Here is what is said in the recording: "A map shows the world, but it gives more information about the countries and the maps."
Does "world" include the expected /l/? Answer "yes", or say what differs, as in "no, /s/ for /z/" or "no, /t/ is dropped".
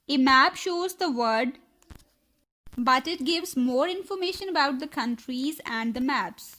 no, /l/ is dropped